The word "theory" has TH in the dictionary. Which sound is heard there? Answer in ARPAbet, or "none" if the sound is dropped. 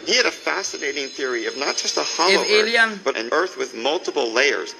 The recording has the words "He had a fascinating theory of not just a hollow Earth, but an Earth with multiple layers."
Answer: TH